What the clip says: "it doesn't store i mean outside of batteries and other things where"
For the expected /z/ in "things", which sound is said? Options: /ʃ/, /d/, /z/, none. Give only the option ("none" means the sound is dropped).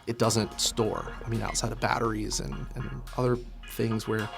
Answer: /z/